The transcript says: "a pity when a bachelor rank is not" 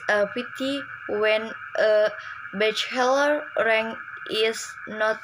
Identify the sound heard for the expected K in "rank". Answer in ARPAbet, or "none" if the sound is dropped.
none